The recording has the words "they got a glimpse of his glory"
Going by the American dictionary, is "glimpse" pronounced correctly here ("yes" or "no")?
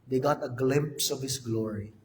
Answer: yes